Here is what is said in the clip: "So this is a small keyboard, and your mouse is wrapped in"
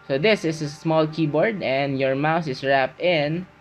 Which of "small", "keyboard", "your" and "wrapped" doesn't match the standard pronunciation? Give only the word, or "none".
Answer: none